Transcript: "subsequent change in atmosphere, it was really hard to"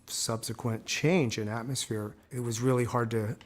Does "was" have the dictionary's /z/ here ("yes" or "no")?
yes